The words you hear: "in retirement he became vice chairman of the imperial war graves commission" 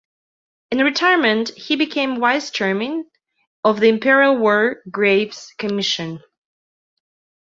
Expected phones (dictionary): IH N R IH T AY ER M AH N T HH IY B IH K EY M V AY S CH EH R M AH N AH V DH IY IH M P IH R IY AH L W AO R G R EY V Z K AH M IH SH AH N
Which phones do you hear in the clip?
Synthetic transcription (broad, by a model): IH N R IH T AY ER M AH N T HH IY B IH K EY M W AY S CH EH R M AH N AH V DH IY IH M P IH R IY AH L W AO R G R EY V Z K AH M IH SH AH N